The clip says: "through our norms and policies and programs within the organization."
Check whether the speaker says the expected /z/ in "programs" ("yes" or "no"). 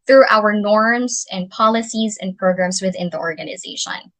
yes